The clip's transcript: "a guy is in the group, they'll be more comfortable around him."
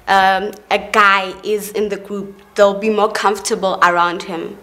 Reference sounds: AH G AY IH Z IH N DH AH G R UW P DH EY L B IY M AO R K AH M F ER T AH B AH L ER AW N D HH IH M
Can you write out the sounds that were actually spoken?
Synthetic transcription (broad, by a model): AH G AY IH Z IH N DH AH G R UW P DH EY L B IY M AO K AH M F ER T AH B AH L ER AW N D HH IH M